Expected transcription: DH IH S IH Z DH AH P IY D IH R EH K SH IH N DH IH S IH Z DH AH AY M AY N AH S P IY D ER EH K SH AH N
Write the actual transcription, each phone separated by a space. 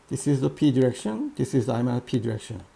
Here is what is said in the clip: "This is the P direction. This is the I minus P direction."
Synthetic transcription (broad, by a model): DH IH S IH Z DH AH P IY D IH R EH K SH IH N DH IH S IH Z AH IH M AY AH P IY D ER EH K SH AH N